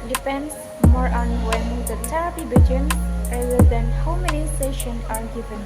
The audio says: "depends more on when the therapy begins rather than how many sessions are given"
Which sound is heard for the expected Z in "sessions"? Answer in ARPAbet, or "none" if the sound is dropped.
none